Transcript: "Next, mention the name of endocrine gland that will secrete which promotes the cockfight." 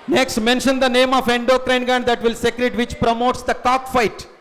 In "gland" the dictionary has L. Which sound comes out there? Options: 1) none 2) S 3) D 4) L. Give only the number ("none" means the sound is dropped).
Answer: 1